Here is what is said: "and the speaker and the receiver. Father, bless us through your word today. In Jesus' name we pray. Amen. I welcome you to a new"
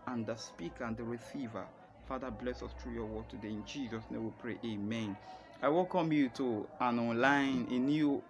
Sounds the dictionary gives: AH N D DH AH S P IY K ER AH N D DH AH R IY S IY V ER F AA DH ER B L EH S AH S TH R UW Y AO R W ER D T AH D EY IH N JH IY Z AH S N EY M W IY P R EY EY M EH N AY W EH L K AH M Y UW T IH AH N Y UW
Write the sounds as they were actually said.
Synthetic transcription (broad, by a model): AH N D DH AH S P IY K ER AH N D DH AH R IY S IY V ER F AA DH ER B L EH S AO S T R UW Y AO W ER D T AH D EY IH N JH IY Z AH S N EY M W IY P R EY EY M EH N AY W EH L K AH M Y UW T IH AH N Y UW